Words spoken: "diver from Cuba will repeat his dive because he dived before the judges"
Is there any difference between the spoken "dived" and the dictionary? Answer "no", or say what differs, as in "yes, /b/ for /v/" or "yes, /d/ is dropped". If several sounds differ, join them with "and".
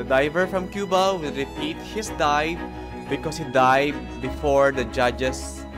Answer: yes, /v/ is dropped